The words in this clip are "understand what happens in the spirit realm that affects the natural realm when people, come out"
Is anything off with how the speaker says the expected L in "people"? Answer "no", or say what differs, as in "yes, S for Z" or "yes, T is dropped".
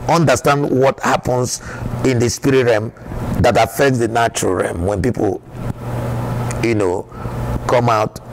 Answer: yes, N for L